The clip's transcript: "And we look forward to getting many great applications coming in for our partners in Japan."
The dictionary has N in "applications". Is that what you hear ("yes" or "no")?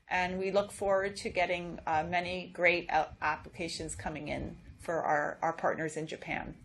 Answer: yes